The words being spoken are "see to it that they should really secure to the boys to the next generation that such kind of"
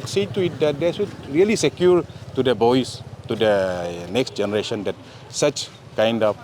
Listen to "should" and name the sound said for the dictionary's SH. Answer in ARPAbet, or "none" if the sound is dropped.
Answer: S